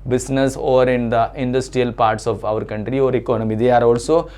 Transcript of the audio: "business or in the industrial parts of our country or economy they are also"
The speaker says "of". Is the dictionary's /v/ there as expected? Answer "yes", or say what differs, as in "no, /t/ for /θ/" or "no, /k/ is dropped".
yes